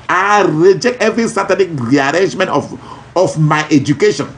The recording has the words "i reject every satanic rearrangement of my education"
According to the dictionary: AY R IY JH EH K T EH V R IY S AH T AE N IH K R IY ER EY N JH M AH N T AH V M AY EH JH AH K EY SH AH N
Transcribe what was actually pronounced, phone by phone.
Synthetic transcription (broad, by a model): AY R IY JH EH K T EH V R IY S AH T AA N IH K R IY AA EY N JH M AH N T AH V M AY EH JH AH K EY SH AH N